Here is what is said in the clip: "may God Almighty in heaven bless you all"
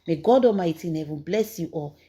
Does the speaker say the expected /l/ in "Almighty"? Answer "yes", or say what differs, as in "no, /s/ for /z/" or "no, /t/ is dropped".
no, /l/ is dropped